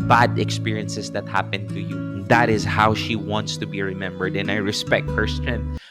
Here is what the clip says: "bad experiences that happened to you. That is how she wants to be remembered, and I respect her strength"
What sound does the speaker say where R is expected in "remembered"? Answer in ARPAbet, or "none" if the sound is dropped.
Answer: R